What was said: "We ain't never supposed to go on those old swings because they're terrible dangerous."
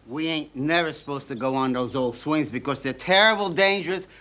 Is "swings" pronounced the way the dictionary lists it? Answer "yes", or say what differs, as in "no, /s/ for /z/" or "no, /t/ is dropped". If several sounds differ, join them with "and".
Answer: yes